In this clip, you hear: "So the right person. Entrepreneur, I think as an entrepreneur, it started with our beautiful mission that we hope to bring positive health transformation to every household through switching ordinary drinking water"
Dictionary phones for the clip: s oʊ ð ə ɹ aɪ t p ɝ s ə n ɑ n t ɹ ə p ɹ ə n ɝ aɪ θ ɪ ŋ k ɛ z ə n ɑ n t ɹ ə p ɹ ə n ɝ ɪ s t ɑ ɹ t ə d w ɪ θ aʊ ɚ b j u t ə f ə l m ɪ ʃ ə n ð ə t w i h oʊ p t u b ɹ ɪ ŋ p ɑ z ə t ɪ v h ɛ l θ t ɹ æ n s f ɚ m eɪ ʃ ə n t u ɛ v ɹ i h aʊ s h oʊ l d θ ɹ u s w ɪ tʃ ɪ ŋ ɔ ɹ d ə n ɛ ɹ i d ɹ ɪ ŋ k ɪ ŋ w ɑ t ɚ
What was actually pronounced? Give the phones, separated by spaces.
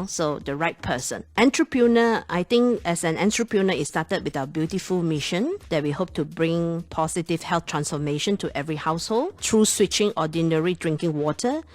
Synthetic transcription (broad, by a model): s oʊ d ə ɹ aɪ t p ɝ s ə n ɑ n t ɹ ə p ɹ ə n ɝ aɪ t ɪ ŋ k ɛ s ə n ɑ n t ɹ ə p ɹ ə n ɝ ɪ s t ɑ t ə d w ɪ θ aʊ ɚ b j u t ə f ə l m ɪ ʃ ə n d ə t w i h oʊ p t u b ɹ ɪ ŋ p ɑ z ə t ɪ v h ɛ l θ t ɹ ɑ n s f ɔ m eɪ ʃ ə n t u ɛ v ɹ i h aʊ s h oʊ l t ɹ u s w ɪ tʃ ɪ ŋ ɔ d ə n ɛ ɹ i d ɹ ɪ ŋ k ɪ ŋ w ɑ t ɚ